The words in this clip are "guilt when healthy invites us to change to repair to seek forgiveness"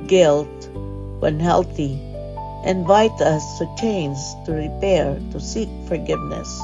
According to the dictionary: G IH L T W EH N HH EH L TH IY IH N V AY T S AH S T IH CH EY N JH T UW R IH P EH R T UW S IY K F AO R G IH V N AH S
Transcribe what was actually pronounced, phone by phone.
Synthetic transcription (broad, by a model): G IH L T W EH N HH EH L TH IY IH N V AY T AH S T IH CH EY N Z T UW R IH P EH R T UW S IY K F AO R G IH V N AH S